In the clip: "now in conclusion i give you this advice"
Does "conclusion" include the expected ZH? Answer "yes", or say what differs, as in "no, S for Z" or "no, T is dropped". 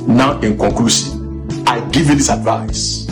no, SH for ZH